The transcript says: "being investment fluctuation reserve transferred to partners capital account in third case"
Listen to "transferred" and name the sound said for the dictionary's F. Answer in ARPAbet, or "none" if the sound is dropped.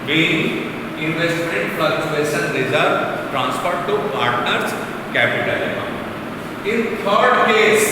P